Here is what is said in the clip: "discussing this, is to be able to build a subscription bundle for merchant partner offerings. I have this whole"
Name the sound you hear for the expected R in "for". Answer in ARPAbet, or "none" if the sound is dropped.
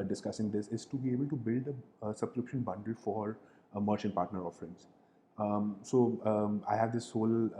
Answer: R